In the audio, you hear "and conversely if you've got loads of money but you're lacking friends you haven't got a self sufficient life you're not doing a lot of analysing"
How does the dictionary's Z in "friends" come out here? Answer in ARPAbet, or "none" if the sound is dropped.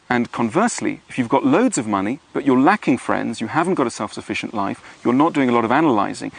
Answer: Z